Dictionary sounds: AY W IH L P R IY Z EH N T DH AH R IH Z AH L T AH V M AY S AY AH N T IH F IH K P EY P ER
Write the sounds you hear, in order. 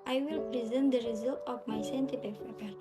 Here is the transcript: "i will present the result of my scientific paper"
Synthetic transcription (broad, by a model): AY W IH L P R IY Z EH N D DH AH R IH Z AH L T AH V M AY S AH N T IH P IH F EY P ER